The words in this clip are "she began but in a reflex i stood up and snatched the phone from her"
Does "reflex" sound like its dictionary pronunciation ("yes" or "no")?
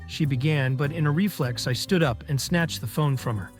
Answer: yes